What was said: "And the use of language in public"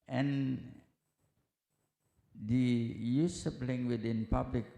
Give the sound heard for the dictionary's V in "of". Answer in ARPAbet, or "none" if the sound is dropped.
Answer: P